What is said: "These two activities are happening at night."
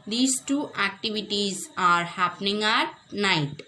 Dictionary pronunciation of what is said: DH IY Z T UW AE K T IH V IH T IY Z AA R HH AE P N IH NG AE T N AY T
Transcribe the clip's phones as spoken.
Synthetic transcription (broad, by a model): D IY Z T UW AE K T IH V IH T IY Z AA R HH AE P N IH NG AE T N AY T